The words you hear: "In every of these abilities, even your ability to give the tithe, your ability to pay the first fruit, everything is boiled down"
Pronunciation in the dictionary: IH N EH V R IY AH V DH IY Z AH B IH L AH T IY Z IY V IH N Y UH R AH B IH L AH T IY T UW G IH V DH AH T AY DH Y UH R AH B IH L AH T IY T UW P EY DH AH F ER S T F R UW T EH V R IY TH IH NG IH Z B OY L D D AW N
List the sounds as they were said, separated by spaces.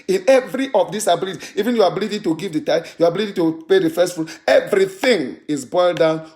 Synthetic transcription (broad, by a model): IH N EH V R IY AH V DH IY S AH B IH L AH T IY IY V IH N Y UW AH B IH L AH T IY T UW G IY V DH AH T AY Y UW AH B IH L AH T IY T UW P EY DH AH F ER S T F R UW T EH V R IY TH IH NG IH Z B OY L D D AW N